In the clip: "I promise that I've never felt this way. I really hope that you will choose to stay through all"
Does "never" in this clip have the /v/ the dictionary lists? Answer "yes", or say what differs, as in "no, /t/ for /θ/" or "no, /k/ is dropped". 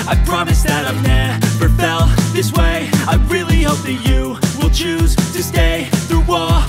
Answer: no, /p/ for /v/